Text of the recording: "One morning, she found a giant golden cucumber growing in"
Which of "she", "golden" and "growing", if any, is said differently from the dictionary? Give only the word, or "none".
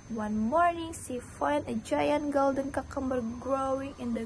she